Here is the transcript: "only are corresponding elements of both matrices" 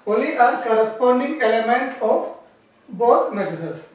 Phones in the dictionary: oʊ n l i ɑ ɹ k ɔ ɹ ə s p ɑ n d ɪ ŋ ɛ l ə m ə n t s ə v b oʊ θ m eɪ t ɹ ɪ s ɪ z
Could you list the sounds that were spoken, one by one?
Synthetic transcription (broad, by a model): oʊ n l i ɑ ɹ k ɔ ɹ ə s p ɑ n d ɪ ŋ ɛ l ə m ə n t ə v b oʊ t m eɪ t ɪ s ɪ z